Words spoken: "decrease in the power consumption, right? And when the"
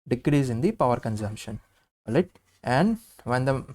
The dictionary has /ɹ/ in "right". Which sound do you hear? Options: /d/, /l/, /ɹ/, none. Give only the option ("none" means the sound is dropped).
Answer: /l/